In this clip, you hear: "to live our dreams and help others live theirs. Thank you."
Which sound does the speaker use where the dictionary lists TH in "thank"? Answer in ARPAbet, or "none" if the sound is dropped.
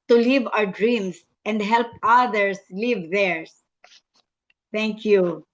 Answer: T